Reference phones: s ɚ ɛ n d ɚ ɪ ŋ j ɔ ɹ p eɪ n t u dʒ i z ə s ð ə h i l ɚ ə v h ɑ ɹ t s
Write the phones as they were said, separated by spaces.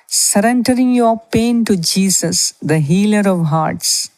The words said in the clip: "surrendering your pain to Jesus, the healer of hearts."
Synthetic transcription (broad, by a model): s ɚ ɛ n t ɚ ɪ ŋ j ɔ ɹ p eɪ n t u dʒ i s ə s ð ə h i l ɚ ə v h ɑ ɹ t s